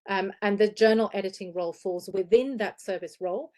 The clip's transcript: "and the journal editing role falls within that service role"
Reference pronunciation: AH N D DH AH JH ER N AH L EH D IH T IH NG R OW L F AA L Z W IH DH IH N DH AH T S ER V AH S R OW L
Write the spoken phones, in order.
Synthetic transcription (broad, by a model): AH N DH AH JH ER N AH L EH D IH T IH NG R OW L F AA L Z W IH DH IH N DH AH T S ER V AH S R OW L